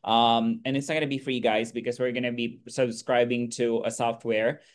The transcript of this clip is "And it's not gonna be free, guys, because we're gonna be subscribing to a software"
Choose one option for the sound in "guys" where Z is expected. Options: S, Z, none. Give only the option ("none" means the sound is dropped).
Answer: Z